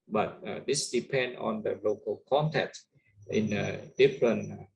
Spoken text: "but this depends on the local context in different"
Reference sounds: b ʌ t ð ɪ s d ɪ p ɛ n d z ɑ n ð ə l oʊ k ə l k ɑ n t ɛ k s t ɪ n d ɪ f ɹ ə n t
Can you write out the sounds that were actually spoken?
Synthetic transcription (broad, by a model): b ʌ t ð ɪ s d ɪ p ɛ n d ɑ n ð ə l oʊ k ə l k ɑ n t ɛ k t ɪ n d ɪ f ɹ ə n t